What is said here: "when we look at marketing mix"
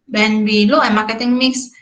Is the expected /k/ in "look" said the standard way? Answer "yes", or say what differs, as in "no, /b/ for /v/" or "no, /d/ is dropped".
no, /k/ is dropped